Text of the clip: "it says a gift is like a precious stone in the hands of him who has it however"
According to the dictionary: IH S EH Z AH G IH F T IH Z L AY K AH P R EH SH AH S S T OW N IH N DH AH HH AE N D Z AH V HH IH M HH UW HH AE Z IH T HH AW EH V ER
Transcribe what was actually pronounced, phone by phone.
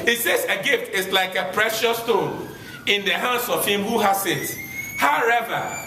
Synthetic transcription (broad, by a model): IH S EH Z AH G IH F T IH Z L AY K AH P R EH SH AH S S T OW N IH N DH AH HH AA N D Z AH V HH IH M HH UW HH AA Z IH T HH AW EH V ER